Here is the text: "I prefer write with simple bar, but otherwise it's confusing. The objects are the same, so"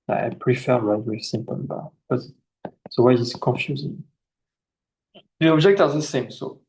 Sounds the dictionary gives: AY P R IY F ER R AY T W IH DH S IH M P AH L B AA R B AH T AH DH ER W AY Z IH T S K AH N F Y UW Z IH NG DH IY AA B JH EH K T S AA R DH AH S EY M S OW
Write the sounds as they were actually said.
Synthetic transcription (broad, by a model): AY P R IY F ER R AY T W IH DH S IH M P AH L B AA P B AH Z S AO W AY IH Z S K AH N F Y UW Z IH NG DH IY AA B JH EH K T AA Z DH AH S EY M S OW